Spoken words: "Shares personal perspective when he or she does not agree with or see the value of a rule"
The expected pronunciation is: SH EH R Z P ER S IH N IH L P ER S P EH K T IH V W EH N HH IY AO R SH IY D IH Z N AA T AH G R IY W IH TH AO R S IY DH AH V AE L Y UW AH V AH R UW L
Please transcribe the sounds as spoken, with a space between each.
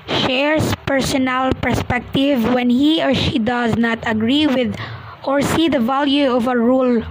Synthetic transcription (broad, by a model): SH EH R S P ER S IH N IH L P ER S P EH K T IH V W EH N HH IY AO R SH IY D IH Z N AA T AH G R IY W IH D AO R S IY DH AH V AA L Y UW AH V AH R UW L